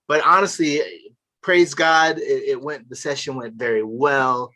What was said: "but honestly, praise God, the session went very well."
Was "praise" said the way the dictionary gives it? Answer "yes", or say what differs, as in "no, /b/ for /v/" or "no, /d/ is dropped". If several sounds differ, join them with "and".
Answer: yes